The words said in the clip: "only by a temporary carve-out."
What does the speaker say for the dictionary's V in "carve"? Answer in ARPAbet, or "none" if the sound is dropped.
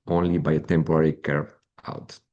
none